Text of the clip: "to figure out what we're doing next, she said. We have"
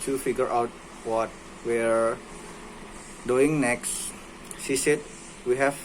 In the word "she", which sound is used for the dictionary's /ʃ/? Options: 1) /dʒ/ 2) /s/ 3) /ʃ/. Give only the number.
2